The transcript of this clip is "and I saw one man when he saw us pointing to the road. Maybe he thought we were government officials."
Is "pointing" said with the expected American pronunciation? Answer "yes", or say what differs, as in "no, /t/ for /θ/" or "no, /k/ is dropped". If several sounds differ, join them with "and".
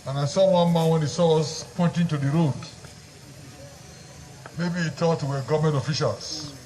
yes